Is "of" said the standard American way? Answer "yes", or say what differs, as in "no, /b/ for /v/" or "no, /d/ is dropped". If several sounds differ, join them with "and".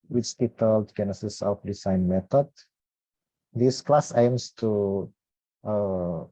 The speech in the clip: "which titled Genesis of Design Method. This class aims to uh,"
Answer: no, /p/ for /v/